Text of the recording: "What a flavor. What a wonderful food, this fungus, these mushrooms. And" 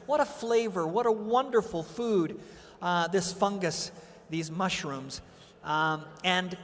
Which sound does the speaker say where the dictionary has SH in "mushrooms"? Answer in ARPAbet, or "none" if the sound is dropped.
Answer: SH